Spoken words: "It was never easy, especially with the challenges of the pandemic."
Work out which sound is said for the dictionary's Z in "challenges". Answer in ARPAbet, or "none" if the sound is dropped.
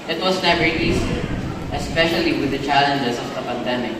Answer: S